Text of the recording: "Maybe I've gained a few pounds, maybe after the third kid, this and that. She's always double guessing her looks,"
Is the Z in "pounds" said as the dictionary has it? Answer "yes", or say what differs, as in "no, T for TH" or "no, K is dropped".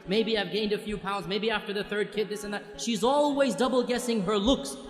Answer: yes